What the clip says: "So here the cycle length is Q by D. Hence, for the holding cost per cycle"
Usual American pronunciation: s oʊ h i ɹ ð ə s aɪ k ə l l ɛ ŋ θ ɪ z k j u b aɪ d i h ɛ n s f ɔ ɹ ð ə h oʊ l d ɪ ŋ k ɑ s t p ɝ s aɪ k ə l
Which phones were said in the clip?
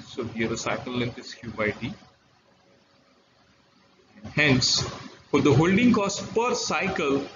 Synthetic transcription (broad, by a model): s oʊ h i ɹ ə s aɪ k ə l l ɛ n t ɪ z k j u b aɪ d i h ɛ n s f ɔ ɹ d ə h oʊ l d ɪ ŋ k ɑ s t p ɝ s aɪ k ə l